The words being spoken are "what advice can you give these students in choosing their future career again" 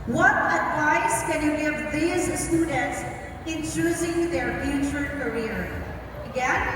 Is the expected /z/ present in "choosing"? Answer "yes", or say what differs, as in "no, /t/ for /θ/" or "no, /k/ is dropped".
yes